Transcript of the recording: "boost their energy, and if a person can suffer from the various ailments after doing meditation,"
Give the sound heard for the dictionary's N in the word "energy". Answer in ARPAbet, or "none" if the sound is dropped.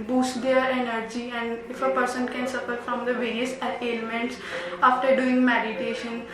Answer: N